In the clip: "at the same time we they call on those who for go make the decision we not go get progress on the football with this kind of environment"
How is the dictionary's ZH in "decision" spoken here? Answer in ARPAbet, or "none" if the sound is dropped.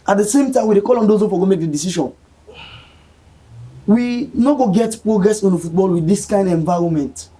SH